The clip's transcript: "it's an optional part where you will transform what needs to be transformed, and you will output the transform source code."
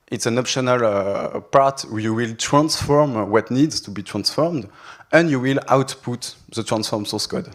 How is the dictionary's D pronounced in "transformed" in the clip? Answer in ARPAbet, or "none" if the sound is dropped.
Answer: D